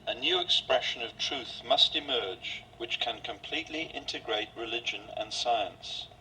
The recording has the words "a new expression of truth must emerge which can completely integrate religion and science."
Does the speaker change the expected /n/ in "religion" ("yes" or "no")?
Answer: no